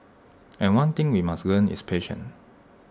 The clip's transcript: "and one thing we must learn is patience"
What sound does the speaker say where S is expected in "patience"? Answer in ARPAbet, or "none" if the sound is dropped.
none